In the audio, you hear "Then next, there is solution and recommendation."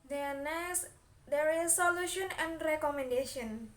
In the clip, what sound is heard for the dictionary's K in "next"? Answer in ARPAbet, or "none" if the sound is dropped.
none